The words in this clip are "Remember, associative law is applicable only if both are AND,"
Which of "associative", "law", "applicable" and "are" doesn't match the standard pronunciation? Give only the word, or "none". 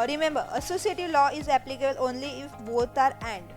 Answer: none